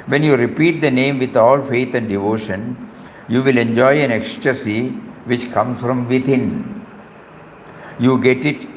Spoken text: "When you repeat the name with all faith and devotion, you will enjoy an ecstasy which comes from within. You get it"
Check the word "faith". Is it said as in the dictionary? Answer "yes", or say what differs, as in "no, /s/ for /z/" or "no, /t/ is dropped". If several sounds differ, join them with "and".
no, /t/ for /θ/